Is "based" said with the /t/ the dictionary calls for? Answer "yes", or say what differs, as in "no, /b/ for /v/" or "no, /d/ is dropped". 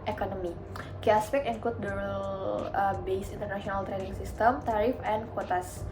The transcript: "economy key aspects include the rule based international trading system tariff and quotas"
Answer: no, /t/ is dropped